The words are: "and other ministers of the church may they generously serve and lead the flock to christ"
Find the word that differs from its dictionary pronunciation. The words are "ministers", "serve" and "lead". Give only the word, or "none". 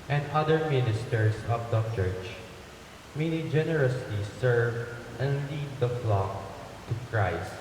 ministers